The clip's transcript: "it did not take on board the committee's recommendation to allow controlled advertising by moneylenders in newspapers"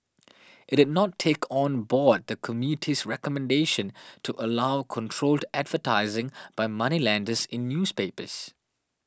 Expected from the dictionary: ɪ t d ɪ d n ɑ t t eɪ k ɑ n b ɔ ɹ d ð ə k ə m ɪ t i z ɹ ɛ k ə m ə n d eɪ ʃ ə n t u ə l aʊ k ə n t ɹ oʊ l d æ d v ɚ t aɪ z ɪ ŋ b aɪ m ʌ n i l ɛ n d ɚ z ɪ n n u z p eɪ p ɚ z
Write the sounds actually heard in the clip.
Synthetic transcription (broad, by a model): ɪ t d ɪ d n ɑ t t eɪ k ɑ n b ɔ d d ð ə k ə m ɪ t i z ɹ ɛ k ə m ə n d eɪ ʃ ə n t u ə l aʊ k ə n t ɹ oʊ l d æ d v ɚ t aɪ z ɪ ŋ b aɪ m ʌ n i l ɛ n d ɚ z ɪ n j u s p eɪ p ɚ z